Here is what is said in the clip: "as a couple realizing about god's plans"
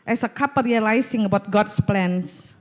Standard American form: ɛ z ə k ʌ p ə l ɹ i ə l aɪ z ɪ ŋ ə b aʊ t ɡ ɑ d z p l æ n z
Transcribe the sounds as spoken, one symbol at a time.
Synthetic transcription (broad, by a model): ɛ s ə k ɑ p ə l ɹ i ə l aɪ s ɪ ŋ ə b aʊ t ɡ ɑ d s p l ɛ n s